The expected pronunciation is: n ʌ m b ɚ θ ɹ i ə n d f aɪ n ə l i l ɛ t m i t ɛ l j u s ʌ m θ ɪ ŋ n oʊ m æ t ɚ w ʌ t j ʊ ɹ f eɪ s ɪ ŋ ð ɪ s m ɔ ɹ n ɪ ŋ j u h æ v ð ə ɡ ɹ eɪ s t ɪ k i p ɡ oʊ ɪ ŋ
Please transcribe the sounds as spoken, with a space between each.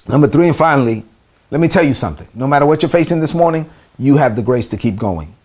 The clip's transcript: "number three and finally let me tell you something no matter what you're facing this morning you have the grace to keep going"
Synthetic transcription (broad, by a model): n ʌ m b ɚ θ ɹ i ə n f aɪ n l i l ɛ t m i t ɛ l j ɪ s ʌ m θ ɪ ŋ n oʊ m æ t ɚ w ʌ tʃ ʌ ɹ f eɪ s ɪ ŋ ð ɪ s m ɔ ɹ n ɪ ŋ j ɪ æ v ð ə ɡ ɹ eɪ s t ɪ k i p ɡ oʊ ɪ ŋ